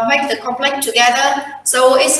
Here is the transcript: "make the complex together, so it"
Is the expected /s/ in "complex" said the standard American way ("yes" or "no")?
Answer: no